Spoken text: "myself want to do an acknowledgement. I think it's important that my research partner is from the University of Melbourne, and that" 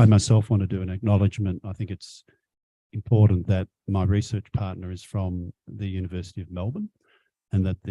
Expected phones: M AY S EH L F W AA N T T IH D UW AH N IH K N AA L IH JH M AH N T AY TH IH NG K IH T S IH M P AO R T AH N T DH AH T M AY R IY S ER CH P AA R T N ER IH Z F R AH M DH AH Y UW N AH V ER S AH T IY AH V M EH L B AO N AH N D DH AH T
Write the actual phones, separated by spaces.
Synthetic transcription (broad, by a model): M AY S EH L F W AA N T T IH D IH AH N IH K N AA L IH JH M AH N T AY TH IH NG K IH T S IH M P AO R T N DH AH T M AY R IY S ER CH P AA R T N ER IH Z F R AH M DH AH Y UW N AH V ER S AH T IY AH V M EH L B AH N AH N DH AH T